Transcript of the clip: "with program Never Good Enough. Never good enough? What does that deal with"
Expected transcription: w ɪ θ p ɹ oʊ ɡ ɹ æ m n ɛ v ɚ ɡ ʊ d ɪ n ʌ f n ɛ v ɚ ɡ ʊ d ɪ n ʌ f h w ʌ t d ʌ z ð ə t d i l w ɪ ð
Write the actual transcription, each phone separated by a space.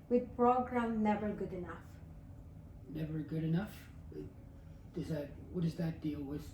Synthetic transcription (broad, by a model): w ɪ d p ɹ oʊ ɡ ɹ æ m n ɛ v ɚ ɡ ʊ d ɪ n ʌ f n ɛ v ɚ ɡ ʊ d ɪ n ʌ f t w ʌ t d ʌ z ð ə t d i l w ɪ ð